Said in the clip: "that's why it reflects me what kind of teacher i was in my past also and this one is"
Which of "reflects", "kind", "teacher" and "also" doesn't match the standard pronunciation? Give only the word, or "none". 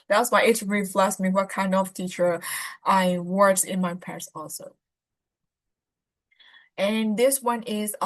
reflects